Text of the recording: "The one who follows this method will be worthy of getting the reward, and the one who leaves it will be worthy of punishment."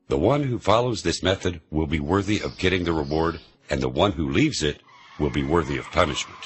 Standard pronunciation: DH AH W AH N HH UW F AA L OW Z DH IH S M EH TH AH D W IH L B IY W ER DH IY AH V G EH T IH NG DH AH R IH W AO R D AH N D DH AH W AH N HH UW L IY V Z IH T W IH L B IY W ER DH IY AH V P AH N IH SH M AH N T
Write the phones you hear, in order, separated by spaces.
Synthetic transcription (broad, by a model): DH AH W AH N HH UW F AA L OW Z DH IH S M EH TH AH D W IH L B IY W ER DH IY AH V G EH T IH NG DH AH R IH W AO R D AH N DH AH W AH N HH UW L IY V Z IH T W IH L B IY W ER DH IY AH V P AH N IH SH M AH N T